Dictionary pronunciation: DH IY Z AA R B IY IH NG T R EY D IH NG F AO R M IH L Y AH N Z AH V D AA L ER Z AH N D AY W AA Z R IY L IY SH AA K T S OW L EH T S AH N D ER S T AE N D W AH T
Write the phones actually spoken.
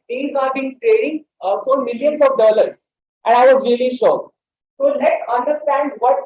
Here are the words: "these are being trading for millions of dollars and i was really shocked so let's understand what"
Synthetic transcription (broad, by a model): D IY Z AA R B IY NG T R EY D IH NG F AO R M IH L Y AH N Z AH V D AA L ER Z AH N D AY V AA Z R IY L IY SH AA T S OW L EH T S AH N D ER S T AE N D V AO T